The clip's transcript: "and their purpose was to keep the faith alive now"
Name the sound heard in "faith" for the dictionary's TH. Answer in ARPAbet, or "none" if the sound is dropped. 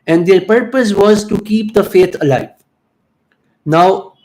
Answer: T